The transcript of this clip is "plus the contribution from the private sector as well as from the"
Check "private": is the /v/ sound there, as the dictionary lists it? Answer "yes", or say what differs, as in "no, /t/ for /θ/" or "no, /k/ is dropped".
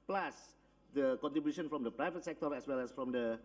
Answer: yes